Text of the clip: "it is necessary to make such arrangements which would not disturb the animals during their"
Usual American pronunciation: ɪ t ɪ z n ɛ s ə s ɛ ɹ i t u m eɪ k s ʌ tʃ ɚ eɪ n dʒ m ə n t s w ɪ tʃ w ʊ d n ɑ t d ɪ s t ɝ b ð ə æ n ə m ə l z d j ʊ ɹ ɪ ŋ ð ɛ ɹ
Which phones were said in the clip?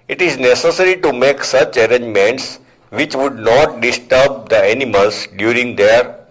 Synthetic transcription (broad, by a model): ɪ t ɪ z n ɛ s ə s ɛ ɹ i t u m eɪ k s ʌ tʃ ɚ eɪ n dʒ m ə n t s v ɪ tʃ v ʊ d n ɑ t d ɪ s t ɝ b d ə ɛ n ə m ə l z d j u ɹ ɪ ŋ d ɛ ɹ